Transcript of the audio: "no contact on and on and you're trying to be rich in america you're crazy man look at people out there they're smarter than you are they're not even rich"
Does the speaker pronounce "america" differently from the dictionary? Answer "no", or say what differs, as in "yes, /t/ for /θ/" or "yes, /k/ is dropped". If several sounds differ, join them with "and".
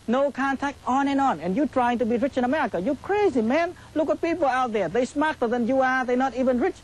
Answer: yes, /ɹ/ is dropped